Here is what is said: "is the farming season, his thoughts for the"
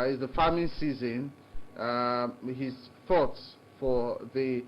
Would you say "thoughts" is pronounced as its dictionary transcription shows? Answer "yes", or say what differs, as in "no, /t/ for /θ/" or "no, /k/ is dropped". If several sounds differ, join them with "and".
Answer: yes